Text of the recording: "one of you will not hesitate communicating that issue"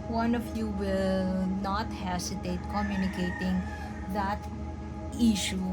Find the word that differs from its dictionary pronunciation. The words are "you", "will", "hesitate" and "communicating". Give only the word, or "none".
hesitate